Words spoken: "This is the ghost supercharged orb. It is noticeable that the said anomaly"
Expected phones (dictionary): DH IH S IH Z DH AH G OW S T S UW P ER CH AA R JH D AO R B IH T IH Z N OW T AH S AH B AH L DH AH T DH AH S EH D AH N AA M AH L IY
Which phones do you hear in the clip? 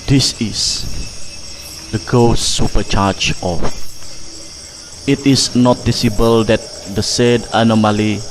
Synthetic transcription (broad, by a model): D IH S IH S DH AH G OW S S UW P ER CH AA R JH AO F IH T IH S N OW T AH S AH B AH L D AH T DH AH S EH D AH N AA M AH L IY